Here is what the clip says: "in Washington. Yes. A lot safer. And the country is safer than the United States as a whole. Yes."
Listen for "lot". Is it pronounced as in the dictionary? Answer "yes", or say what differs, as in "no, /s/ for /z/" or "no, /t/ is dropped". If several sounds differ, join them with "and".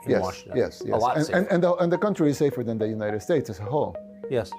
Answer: no, /n/ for /l/